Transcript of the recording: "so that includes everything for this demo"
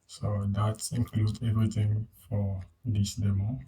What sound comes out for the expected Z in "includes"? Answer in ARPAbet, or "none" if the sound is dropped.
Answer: none